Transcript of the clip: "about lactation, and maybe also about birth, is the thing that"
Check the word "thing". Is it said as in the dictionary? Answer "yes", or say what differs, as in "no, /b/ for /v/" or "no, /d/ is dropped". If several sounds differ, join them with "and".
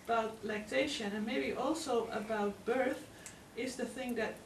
yes